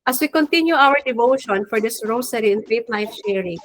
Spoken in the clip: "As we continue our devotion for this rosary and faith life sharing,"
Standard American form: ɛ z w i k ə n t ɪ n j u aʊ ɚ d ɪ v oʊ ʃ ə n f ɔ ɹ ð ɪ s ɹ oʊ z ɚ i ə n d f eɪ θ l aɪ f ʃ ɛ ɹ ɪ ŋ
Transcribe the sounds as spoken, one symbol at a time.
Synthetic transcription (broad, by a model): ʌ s w i k ə n t ɪ n j u aʊ ɚ d ɪ v oʊ ʃ ə n f ɔ ɹ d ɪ s ɹ oʊ s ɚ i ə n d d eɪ t l aɪ f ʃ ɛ ɹ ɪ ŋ